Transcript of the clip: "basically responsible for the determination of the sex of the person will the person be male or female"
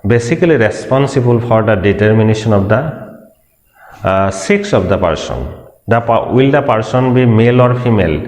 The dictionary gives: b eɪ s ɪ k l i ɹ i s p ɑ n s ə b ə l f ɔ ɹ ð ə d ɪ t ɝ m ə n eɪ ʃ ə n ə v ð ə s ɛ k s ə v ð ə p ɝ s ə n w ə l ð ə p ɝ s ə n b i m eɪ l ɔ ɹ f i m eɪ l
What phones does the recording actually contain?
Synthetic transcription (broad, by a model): b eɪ s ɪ k l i ɹ i s p ɑ n s ə b ə l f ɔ ɹ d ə d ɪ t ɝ m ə n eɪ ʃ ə n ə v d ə s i k s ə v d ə p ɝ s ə n w ə l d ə p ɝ s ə n b i m eɪ l ɔ ɹ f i m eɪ l